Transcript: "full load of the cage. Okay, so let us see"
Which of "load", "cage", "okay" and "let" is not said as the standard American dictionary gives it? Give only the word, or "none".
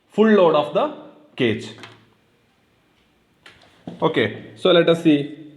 cage